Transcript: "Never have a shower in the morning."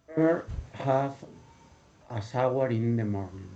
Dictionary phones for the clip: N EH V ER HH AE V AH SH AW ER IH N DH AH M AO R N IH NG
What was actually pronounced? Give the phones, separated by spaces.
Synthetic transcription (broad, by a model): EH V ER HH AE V AH S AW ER IH N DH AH M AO R N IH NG